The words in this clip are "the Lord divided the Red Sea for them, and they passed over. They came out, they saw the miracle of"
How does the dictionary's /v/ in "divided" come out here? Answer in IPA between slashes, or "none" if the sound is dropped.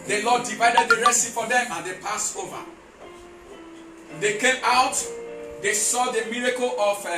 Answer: /v/